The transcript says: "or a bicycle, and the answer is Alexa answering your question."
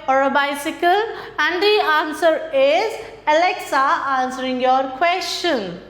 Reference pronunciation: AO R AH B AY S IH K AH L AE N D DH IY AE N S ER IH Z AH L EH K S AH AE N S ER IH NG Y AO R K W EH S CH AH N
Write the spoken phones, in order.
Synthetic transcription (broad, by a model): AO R AH B AY S IH K AH L AE N D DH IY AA N S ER IH Z AH L EH K S AH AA N S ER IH NG Y AO R K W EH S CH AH N